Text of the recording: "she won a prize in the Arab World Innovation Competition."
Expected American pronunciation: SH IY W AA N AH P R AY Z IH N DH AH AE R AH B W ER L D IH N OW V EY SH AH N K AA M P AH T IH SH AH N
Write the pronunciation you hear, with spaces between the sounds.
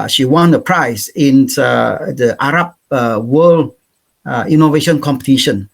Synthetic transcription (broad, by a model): SH IY W AA N AH P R AY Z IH N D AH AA R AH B W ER L IH N OW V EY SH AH N K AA M P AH T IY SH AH N